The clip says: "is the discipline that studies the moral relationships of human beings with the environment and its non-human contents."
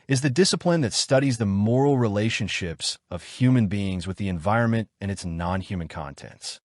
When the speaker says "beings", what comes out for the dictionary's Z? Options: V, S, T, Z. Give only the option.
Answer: Z